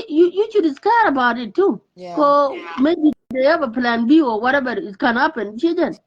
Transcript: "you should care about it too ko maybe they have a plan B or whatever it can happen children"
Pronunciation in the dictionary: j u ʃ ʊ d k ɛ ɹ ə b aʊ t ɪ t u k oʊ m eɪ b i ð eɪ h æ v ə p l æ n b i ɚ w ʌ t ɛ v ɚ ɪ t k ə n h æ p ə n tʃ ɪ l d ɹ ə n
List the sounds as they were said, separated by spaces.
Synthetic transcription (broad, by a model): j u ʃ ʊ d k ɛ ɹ ə b aʊ t ɪ t u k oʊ m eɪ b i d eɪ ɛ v ə p l æ n b i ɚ w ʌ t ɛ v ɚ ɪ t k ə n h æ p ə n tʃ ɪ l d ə n